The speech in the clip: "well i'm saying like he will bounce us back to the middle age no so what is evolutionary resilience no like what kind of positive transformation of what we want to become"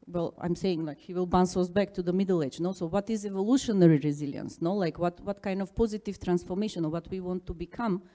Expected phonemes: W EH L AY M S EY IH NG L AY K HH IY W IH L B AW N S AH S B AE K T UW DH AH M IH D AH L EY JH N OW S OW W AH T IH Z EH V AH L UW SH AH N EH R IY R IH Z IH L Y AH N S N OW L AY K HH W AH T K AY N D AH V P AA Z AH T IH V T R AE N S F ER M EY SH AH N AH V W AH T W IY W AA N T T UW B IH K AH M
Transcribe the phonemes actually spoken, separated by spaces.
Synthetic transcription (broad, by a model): W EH L AY M S EY IH NG L AY K HH IY W IH L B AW N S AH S B AE K T UW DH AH M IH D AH L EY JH N OW S OW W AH T IH Z EH V AH L UW SH AH N EH R IY R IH Z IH L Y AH N S N OW L AY K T W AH T K AY N D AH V P AA Z AH T IH V T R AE N S F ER M EY SH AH N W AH T W IY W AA N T T UW B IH K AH M